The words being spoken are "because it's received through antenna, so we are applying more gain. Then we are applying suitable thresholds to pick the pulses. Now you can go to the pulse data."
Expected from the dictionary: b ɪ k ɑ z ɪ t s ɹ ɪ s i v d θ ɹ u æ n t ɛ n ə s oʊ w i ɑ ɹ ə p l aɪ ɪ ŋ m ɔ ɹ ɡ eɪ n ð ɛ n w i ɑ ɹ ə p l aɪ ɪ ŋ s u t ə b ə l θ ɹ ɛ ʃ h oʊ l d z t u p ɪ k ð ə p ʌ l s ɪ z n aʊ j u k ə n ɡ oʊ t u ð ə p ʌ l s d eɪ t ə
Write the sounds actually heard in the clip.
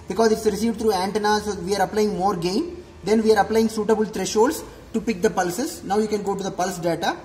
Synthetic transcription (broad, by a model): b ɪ k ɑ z ɪ t s ɹ ɪ s i v d t ɹ u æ n t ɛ n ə s oʊ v i ɑ ɹ ə p l aɪ ɪ ŋ m ɔ ɹ ɡ eɪ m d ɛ n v i ɑ ɹ ə p l aɪ ɪ ŋ s u t ə b ə l t ɹ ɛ ʃ oʊ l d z t u p ɪ k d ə p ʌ l s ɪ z n aʊ j u k ə n ɡ oʊ t u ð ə p ʌ l s d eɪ t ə